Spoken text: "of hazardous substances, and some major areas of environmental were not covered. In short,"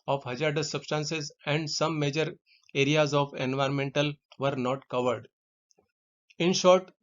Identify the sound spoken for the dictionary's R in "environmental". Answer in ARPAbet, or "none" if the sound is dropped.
R